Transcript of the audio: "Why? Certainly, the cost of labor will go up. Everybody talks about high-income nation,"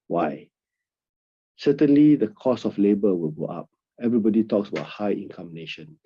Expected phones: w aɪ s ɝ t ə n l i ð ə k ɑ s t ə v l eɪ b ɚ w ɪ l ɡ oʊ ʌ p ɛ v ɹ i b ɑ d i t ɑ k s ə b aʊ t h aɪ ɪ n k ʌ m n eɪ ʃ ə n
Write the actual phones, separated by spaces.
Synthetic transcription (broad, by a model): w aɪ s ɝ t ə n l i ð ə k ɑ s ə f l eɪ b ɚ w ɪ l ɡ oʊ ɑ p ɛ v ɹ i b ɑ d i t ɑ k s ə b aʊ t h aɪ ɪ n k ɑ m n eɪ ʃ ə n